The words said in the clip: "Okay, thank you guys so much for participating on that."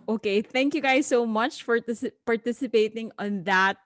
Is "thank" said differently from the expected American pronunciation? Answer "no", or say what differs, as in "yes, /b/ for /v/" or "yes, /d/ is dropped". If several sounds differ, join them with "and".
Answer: no